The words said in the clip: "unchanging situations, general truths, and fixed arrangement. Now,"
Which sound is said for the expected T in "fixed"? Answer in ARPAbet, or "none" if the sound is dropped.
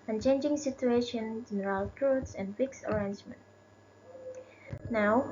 none